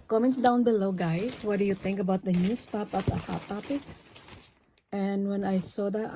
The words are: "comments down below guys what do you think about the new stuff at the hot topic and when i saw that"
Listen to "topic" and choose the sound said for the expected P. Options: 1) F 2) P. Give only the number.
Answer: 2